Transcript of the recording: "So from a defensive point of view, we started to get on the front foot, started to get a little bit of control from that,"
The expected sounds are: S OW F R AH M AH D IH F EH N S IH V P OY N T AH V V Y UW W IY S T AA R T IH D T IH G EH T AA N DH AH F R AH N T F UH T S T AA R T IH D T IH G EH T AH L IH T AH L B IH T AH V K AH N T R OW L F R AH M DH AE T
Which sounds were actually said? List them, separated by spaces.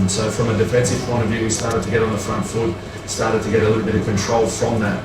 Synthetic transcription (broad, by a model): S OW F R AH M AH D IH F EH N S IH V P OY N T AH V V Y UW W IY S T AA R T IH D T IH G EH T N DH AH F R AH N T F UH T S T AA R T IH D T IH G EH T AH L IH T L B IH T AH V K AH N T R OW L F R AH M DH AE T